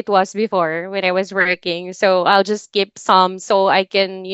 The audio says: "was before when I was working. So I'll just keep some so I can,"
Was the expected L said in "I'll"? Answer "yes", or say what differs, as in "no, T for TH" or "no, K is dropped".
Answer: yes